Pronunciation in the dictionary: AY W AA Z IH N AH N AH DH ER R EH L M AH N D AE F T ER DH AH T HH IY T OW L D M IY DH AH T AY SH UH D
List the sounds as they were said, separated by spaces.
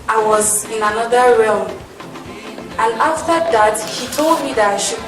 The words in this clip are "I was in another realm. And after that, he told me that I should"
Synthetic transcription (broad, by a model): AY W AA Z IH N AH N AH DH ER R EH L M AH N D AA F T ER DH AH T HH IY T OW L D M IY DH AH T AY SH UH